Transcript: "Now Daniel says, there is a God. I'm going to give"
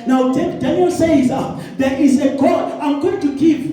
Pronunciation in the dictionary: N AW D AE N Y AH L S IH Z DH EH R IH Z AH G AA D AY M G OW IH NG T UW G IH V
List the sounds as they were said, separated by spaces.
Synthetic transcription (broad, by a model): N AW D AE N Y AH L S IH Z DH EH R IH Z AH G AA AY M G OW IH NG T UW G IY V